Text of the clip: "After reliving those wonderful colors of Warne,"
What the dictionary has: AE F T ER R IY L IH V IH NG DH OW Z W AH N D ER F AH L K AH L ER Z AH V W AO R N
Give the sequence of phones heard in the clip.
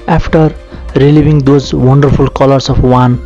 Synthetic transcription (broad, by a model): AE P T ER R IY L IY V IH NG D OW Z W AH N D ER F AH L K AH L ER S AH P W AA N